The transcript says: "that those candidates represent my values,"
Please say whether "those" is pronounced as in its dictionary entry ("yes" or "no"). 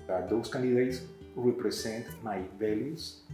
no